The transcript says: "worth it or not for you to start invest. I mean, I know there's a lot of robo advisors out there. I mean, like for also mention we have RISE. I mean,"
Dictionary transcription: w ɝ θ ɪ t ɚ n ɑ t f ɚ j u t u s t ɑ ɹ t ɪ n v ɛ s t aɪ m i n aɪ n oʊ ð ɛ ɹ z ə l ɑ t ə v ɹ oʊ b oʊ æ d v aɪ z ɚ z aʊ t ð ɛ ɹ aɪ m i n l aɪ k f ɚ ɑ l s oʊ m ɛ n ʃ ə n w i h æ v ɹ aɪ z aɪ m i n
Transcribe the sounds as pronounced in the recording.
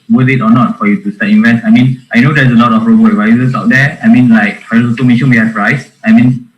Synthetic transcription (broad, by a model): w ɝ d ɪ t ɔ n ɑ t f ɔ j u t u s t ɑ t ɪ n v ɛ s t aɪ m i n aɪ n oʊ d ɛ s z ə l ɑ t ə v ɹ oʊ b oʊ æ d v aɪ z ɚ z aʊ t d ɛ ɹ aɪ m i n l aɪ k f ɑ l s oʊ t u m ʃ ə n w i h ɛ p ɹ aɪ s aɪ m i n